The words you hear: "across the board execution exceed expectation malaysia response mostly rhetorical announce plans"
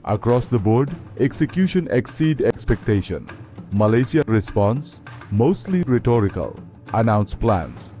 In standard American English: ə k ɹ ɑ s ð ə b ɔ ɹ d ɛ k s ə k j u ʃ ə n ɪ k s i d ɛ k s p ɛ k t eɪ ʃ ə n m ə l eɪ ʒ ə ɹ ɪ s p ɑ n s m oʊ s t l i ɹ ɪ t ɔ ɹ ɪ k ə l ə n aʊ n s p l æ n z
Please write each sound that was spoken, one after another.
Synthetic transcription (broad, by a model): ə k ɹ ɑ s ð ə b ɔ ɹ d ɛ k s ə k j u ʃ ə n ɪ k s i d ɛ k s p ɛ k t eɪ ʃ ə n m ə l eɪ s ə ɹ ɪ s p ɑ n s m oʊ s t l i ɹ ɪ t ɔ ɹ ɪ k ə l ə n aʊ n s p l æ n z